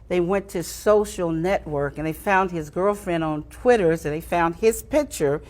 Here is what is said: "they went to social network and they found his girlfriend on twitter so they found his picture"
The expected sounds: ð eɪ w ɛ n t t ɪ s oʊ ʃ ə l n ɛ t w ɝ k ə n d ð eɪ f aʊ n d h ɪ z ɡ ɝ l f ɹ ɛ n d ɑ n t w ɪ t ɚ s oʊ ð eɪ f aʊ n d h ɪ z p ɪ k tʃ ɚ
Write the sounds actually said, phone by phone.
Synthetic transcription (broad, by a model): ð eɪ w ɛ n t t ɪ s oʊ ʃ l n ɛ t w ɝ k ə n ð eɪ f aʊ n d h ɪ z ɡ ɝ l f ɹ ɛ n d n t w ɪ t ɚ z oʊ ð eɪ f aʊ n d ɪ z p ɪ k tʃ ɚ